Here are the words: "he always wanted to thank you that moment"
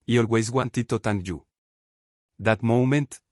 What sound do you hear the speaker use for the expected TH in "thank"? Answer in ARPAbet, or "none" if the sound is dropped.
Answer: T